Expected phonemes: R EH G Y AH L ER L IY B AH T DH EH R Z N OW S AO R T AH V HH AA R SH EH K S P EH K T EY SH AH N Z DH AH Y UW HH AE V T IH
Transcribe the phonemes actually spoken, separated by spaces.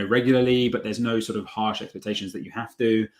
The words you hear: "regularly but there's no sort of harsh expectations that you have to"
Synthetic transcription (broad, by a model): R EH G Y L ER L IY B AH T DH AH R Z N OW S AO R T AH V HH AA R SH EH K S P EH K T EY SH AH N Z DH AH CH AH HH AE F T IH